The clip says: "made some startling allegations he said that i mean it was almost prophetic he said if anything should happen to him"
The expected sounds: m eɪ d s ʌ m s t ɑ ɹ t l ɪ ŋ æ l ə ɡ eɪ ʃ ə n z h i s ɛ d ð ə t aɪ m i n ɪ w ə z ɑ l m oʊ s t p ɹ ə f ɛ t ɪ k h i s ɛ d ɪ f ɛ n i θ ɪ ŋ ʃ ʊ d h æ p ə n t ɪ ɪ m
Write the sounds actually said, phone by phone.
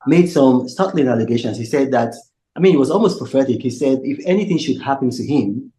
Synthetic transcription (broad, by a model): m eɪ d s ʌ m s t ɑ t l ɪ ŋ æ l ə ɡ eɪ ʃ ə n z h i s ɛ d ð ə t aɪ m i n ɪ w ə z ɑ l m oʊ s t p ɹ ə f ɛ t ɪ k h i s ɛ d ɪ f ɛ n i θ ɪ ŋ ʃ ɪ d h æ p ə n t ɪ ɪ m